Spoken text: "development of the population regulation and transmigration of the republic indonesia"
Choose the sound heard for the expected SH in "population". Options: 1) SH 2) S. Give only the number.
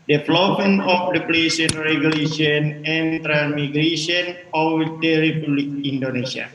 2